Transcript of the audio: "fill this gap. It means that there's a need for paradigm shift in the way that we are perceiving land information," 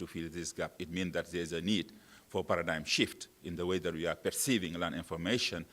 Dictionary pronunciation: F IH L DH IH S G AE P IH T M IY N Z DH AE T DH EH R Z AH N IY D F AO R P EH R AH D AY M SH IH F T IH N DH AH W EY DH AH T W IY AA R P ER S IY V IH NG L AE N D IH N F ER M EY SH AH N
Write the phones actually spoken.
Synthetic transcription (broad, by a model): F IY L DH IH S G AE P IH T M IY N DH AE T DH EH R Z AH N IY D F AO R P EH R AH D AY M SH IH F T IH N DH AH W EY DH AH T W IY AA R P ER S IY V IH NG L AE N IH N F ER M EY SH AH N